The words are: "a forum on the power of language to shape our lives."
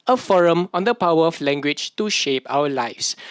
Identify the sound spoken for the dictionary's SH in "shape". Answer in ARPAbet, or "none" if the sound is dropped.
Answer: SH